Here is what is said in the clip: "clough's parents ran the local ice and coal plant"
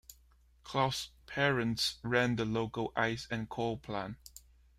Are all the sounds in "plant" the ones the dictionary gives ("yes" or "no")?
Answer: no